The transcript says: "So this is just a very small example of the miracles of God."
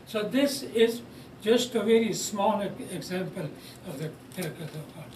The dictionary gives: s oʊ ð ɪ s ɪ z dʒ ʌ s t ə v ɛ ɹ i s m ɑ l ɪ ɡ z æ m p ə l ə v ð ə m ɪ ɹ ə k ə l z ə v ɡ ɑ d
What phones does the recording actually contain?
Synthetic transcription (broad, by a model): s oʊ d ɪ s ɪ z dʒ ʌ s t ə v ɛ ɹ i s m ɑ l ɪ ɡ z æ m p ə l ə v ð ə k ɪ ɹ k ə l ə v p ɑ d